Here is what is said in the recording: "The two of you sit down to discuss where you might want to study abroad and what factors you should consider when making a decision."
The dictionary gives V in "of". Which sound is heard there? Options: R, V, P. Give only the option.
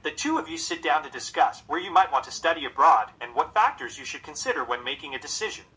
V